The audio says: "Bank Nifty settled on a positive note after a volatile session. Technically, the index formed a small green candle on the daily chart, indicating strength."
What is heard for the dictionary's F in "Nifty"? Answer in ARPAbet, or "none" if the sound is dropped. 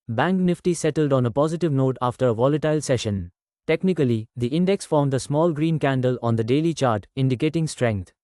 F